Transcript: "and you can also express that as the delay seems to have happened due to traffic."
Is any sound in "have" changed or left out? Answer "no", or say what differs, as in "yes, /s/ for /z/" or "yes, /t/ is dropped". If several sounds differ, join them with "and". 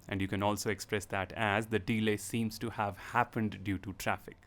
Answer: no